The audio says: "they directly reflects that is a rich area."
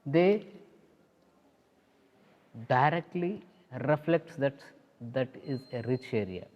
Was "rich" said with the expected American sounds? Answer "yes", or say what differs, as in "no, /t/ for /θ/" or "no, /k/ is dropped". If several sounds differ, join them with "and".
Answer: yes